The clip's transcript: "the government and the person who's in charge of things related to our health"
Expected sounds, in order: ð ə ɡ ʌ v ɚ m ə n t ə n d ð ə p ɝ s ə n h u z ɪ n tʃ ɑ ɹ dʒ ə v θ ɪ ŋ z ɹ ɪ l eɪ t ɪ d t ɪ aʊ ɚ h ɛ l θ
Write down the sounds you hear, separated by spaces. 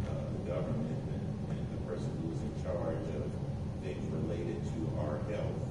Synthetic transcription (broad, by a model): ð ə ɡ ʌ v ɚ m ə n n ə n ð ə p ɝ s ə n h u z ɪ n tʃ ɑ ɹ dʒ ə v θ ɪ ŋ z ɹ ɪ l eɪ t ɪ d t ɪ aʊ ɚ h ɛ l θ